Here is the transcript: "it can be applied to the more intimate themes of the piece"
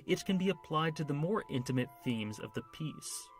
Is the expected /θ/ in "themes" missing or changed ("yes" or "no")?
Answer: no